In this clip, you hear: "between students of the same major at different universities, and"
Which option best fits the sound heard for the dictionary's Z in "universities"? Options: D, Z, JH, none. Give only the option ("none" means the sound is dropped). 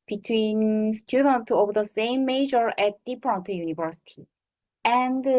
none